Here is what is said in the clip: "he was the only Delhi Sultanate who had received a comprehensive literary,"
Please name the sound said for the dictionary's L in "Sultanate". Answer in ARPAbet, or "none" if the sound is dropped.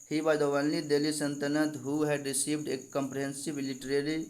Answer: N